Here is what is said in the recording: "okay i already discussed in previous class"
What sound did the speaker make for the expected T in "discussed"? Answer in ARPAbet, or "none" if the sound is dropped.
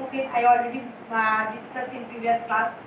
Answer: none